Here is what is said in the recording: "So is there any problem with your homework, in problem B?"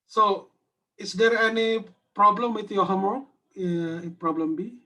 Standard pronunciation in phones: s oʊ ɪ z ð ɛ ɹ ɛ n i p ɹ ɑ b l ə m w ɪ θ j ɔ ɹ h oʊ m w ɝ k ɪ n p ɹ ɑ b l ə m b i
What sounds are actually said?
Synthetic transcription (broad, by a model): s oʊ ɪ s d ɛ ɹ ɛ n i p ɹ ɑ b l ə m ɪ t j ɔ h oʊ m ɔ ɪ p ɹ ɑ b l ə m b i